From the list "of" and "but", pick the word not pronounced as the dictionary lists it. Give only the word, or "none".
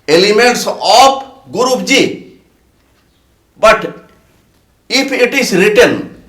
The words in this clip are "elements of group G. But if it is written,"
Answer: of